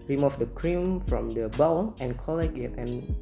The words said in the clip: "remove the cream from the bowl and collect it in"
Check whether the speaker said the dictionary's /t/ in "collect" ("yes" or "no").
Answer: no